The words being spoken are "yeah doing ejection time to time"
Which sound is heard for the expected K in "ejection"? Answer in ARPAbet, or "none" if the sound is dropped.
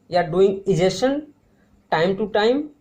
none